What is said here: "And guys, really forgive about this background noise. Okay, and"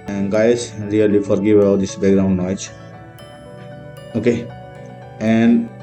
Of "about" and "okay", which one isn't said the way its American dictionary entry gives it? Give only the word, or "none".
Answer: about